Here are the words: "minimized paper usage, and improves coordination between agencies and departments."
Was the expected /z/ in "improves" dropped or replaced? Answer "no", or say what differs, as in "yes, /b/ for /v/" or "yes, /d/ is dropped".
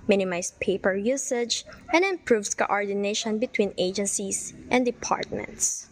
yes, /s/ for /z/